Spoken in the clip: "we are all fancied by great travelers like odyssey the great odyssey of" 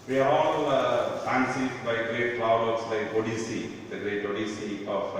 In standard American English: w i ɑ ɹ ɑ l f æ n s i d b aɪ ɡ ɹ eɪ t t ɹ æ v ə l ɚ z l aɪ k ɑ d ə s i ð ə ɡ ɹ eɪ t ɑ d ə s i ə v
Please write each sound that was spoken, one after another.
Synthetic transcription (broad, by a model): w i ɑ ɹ ɑ l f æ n s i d b aɪ ɡ ɹ eɪ t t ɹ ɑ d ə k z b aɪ ɔ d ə s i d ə ɡ ɹ eɪ t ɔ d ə s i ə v